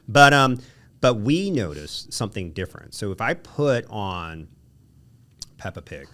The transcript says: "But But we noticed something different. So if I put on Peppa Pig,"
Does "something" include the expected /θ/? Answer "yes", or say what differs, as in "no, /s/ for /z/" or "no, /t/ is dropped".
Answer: yes